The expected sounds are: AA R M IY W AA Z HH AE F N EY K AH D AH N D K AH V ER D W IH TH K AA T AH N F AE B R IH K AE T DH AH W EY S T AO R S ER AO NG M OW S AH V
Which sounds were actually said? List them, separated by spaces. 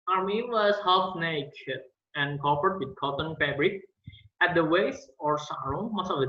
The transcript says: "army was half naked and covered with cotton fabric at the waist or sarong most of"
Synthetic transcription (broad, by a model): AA R M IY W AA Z HH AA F N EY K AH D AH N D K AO P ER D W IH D K AA T AH N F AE B R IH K AE T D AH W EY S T AO R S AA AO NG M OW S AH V